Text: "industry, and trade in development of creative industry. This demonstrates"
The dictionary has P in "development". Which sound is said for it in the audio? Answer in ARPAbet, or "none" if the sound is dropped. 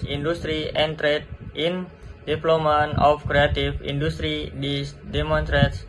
none